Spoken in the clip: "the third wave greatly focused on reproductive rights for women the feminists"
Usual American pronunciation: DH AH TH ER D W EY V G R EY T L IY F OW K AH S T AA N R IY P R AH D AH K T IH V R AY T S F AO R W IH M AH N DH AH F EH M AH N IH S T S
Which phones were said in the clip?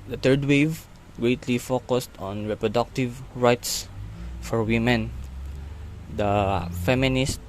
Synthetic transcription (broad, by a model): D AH T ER D W EY V G R EY T L IY F OW K AH S T AA N R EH P R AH D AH K T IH V R AY T S F AO R W IH M AH N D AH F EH M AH N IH S T